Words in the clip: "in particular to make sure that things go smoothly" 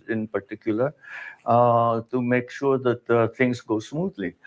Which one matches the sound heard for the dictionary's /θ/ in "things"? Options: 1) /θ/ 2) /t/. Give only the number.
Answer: 2